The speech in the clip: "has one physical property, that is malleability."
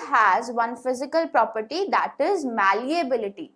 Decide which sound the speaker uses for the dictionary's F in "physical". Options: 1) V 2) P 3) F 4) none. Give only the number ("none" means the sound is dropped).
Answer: 3